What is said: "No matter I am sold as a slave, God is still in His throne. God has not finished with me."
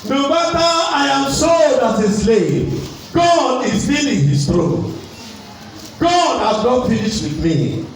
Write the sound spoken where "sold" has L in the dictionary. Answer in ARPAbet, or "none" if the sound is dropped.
none